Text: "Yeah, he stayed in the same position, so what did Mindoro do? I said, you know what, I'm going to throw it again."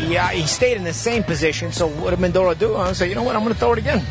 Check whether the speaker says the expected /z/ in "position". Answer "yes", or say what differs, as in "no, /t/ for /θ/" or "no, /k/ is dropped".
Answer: yes